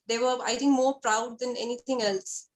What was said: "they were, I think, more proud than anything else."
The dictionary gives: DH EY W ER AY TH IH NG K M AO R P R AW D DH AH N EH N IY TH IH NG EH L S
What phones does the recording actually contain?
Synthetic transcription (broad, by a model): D EY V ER AY T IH NG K M AO R P R AW D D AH N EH N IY T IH NG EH L S